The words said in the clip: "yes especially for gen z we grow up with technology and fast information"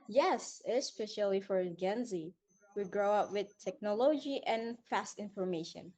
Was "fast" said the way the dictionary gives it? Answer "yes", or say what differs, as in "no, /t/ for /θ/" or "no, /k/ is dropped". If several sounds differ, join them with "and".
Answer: yes